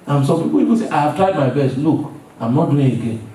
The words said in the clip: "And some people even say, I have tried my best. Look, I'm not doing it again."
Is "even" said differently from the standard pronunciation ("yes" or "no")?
yes